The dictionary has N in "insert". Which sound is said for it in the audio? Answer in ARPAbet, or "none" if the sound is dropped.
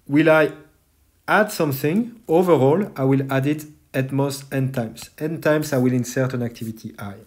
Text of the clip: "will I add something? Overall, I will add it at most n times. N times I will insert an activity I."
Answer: N